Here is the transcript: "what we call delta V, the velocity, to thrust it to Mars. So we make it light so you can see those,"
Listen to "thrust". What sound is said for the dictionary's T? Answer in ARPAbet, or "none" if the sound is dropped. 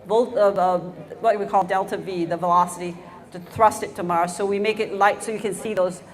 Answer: T